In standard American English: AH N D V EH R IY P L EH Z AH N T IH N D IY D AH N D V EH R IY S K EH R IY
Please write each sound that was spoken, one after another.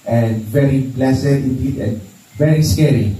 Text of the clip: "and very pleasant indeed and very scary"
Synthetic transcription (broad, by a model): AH N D V EH R IY B L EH S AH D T IH N D IY D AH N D V EH R IY S K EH R IY